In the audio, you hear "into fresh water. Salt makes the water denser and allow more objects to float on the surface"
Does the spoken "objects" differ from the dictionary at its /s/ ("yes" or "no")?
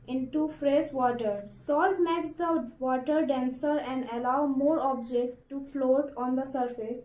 yes